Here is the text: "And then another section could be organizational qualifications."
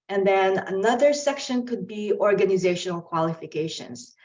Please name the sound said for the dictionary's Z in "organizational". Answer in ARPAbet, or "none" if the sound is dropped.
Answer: Z